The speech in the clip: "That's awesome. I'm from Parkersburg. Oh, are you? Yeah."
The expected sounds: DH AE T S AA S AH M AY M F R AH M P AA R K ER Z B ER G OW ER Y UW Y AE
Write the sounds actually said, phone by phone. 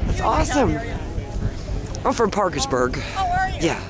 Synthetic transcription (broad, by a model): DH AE T S AA S AH M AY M F R AH M P AA R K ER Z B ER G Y Y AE